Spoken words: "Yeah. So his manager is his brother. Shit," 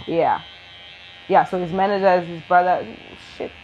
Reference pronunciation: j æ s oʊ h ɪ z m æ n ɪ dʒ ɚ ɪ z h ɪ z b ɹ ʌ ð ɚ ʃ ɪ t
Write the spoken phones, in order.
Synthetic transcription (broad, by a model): j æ s oʊ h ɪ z m æ n ɪ dʒ ɚ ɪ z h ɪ z b ɹ ʌ ð ɚ ʃ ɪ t